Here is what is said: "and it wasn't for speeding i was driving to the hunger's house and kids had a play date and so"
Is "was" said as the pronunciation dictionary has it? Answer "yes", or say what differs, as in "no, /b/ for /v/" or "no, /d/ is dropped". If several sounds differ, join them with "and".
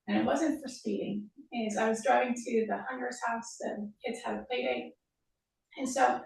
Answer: yes